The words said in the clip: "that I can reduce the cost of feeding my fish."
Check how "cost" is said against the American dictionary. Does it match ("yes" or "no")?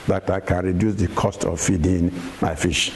yes